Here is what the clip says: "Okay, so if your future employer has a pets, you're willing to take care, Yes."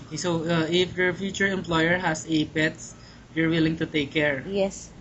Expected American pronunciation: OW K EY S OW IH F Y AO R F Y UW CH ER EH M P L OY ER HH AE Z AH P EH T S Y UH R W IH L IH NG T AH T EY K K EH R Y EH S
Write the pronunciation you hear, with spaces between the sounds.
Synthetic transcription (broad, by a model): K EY S OW IH F Y AO R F Y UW CH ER EH M P L OY ER HH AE S AH P EH T S Y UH R W IH L IH NG T AH T EY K K EH R Y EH S